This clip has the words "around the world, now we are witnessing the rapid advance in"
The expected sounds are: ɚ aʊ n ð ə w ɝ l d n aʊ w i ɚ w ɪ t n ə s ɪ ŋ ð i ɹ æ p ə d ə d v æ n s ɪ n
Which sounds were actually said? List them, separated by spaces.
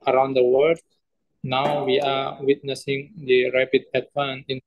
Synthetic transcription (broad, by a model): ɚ aʊ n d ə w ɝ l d n aʊ w i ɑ w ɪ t n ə s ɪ ŋ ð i ɹ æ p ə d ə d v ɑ n ɪ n